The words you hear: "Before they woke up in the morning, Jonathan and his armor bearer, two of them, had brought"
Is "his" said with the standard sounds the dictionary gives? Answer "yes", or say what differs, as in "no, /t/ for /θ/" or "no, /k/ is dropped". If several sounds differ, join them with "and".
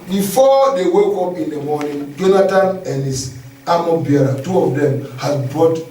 no, /s/ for /z/